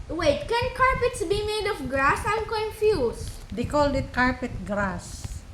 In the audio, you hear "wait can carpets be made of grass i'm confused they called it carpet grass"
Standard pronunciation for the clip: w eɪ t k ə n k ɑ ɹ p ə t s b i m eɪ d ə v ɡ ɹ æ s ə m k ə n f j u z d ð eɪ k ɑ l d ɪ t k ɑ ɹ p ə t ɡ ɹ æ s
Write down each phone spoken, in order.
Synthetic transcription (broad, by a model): w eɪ t k ə n k ɑ ɹ p ə t s b i m eɪ d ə f ɡ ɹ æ s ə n k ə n f j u s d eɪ k ɑ l d ɪ t k ɑ ɹ p ə t ɡ ɹ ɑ s